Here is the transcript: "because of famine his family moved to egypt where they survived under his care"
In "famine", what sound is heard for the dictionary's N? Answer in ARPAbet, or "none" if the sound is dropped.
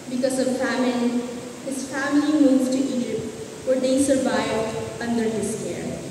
L